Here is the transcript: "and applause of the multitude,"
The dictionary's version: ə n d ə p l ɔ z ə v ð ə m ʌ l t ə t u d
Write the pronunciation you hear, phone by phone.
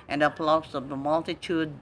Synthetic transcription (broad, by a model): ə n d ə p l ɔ s ə v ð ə m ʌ l t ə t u d